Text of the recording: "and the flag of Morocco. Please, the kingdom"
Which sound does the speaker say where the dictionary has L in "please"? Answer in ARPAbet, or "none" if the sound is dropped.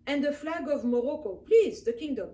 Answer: L